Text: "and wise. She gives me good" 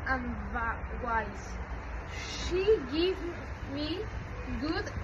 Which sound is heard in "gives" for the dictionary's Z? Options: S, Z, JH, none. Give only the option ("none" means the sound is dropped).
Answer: none